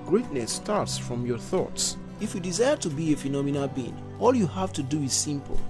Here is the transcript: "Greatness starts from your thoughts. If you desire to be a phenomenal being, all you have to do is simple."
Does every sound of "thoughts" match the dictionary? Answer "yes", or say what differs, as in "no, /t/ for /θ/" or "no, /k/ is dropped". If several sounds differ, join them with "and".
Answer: yes